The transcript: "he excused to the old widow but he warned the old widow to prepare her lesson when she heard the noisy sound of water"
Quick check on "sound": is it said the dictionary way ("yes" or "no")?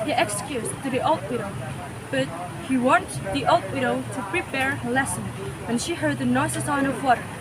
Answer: no